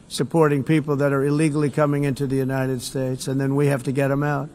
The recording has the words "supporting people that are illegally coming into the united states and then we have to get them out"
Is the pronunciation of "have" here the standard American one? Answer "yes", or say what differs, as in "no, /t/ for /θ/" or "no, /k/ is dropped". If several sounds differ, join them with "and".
no, /f/ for /v/